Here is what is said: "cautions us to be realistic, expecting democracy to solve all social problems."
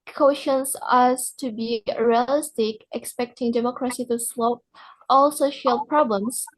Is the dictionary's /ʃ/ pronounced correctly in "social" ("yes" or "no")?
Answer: yes